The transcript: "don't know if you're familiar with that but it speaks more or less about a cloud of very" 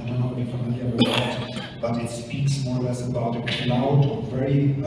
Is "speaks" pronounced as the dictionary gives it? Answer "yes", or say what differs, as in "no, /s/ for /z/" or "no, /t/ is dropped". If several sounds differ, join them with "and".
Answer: yes